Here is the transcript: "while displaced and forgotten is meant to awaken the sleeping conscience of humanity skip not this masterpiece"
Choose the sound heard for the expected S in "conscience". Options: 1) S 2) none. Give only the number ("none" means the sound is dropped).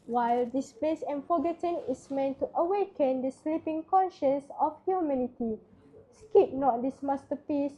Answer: 1